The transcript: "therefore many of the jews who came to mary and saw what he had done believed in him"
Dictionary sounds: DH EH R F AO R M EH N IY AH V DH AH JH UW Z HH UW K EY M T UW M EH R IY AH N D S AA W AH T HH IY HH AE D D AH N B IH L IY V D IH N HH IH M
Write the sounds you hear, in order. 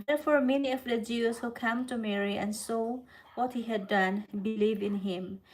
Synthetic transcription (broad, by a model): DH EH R F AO R M EH N IY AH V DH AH JH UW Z HH UW K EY M T UW M EH R IY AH N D S AA W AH T HH IY HH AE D D AH N B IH L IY V IH N HH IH M